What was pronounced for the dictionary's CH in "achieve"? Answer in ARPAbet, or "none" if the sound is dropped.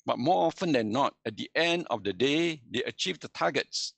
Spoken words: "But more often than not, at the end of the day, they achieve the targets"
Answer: CH